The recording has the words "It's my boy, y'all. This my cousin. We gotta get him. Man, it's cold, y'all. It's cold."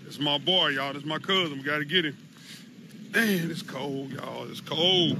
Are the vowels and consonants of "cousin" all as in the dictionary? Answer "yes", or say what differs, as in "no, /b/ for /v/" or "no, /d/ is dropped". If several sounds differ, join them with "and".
yes